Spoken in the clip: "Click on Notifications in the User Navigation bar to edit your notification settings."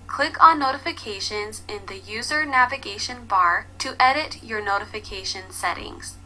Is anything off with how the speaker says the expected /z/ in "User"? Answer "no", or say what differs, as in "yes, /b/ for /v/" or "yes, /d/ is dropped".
no